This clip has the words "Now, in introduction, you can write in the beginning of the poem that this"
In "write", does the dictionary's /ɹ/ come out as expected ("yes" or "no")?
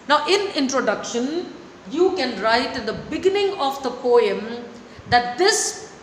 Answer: yes